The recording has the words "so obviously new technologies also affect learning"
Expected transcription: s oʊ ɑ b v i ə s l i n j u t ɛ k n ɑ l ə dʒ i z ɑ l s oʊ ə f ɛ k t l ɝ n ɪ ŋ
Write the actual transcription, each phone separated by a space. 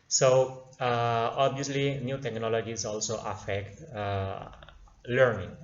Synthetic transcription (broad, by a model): s oʊ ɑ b i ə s l i n j u t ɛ k n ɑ l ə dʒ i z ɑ l s oʊ ə f ɛ k t l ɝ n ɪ ŋ